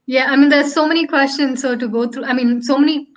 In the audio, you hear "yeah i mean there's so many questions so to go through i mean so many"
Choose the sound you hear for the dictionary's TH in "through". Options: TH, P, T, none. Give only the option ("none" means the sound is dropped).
T